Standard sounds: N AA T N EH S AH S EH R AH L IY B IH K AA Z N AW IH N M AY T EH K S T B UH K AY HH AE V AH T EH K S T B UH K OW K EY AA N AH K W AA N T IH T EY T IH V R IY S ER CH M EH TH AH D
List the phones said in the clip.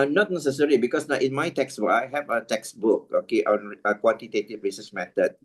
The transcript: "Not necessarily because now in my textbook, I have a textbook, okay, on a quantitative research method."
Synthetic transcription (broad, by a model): N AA T N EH S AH S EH R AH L IY B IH K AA S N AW IH N M AY T EH K S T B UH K AY HH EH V AH T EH K S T B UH K OW K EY AA N AH K W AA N T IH T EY T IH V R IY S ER S M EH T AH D